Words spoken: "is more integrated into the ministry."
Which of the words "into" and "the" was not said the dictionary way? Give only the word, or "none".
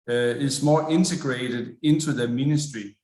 into